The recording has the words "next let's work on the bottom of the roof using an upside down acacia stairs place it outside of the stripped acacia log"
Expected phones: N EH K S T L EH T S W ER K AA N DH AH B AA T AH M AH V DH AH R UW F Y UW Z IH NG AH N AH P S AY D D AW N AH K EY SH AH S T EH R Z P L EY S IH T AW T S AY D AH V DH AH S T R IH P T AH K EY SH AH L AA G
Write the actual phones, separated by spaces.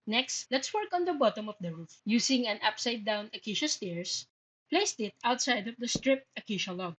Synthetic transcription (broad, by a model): N EH K S T L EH T S W ER K AA N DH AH B AA T AH M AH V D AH R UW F Y UW S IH NG AH N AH P S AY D D AW N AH K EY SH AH S T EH R S P L EY S IH T AW T S AY D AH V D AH S T R IH P T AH K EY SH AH L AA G